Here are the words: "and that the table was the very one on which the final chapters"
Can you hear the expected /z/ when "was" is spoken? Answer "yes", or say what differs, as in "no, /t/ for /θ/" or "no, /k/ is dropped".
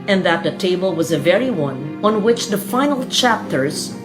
yes